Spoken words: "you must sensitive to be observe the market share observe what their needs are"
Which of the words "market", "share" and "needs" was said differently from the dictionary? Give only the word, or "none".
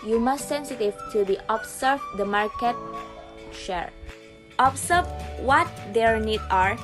needs